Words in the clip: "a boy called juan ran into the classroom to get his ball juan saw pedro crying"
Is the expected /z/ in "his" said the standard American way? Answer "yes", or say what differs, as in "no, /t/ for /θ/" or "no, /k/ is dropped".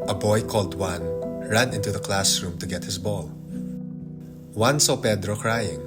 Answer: no, /s/ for /z/